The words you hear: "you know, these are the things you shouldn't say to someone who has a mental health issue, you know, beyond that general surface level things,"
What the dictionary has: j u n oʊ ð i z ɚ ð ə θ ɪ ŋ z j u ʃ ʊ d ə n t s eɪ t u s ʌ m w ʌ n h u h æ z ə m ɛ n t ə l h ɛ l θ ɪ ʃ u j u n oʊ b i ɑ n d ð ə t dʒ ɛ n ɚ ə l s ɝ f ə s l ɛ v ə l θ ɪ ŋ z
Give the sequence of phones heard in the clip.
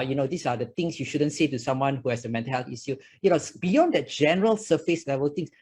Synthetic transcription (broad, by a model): j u n oʊ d i s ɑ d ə t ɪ ŋ s j u ʃ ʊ d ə n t s eɪ t u s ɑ m w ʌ n h u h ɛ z ə m ɛ n t ə l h ɛ l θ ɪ s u j u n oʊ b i ɑ n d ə t dʒ ɛ n ɚ ə l s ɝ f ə s l ɛ v ə l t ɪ ŋ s